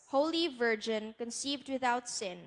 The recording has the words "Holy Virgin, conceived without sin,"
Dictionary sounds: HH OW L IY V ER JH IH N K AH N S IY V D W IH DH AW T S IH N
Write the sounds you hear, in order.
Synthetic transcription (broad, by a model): HH OW L IY V ER JH IH N K AH N S IY V D W IH DH AW T S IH N